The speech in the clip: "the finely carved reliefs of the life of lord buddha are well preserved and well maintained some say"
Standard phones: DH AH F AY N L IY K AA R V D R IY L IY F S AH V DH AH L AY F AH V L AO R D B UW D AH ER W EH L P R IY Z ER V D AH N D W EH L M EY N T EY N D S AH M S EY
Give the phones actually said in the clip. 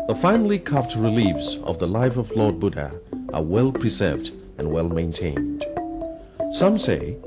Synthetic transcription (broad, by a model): DH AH F AY N L IY K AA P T R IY L IY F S AH V DH AH L AY F AH V L AO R D B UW D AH ER W EH L P R IY Z ER V D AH N W EH L M EY N T EY N D S AH M S EY